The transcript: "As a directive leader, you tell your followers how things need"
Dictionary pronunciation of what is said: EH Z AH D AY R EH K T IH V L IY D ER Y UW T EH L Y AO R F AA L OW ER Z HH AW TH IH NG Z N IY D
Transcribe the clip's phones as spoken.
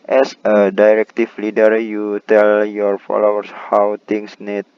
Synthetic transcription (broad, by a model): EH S AH D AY R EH K T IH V L IY D ER Y UW T EH L Y AO R F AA L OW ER S HH AW T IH NG S N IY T